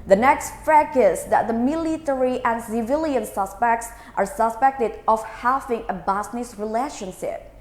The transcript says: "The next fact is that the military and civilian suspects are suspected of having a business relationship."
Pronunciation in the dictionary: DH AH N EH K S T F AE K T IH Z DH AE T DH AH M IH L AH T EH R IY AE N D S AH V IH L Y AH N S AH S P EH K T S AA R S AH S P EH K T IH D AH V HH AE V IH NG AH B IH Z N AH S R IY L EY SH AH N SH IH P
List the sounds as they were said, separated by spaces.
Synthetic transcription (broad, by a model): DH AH N EH K S T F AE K IH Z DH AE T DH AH M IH L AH T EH R IY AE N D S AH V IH L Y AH N S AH S P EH K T S AA R S AH S P EH K T IH D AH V HH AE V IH NG AH B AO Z N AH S R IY L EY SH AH N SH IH P